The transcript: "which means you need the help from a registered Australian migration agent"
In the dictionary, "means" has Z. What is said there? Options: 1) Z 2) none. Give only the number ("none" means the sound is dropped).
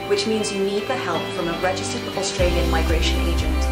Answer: 1